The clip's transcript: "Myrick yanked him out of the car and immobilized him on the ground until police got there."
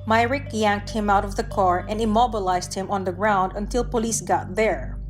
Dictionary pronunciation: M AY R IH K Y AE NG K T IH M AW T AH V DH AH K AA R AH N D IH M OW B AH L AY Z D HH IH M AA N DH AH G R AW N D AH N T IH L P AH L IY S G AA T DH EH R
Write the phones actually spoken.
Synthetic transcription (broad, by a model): M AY R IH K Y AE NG K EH IH M AW T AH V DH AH K AA R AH N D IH M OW B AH L AY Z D HH IH M AA N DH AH G R AW N D AH N T IH L P AH L IY S G AA T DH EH R